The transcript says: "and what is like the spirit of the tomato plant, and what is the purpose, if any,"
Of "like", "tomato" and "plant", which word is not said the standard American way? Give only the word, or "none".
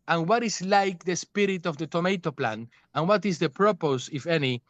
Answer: plant